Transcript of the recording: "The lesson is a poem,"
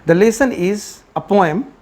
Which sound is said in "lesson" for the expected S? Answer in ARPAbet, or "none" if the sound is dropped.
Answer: S